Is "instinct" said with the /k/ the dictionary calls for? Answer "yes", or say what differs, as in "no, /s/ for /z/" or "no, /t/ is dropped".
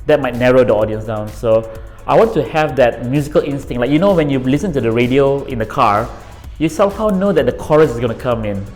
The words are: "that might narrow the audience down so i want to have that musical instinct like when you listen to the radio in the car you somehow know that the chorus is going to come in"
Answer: no, /k/ is dropped